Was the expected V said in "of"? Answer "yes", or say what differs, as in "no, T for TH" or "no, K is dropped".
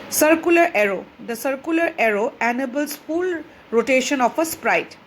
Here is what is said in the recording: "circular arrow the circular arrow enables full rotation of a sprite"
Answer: no, P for V